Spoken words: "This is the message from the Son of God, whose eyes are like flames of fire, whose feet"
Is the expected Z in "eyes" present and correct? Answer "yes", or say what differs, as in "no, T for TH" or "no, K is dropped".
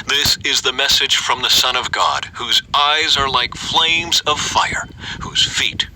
yes